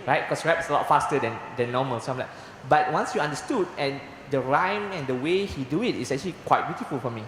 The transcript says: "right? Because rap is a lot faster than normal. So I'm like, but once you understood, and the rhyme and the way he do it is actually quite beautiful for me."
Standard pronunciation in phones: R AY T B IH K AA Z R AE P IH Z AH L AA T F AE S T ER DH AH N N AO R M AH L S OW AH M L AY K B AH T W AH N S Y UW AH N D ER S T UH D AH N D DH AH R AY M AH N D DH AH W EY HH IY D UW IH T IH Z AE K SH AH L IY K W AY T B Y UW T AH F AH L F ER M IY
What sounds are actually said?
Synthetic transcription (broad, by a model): R AY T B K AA S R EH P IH S AH L AA T F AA S T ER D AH N N AO M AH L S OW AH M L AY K B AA T W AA N S Y UW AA N D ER S T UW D AH N D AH R AY M AH N D AH W EY HH IY D UW IH T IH S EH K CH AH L IY K W AY T B Y UW T AH F AH L F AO M IY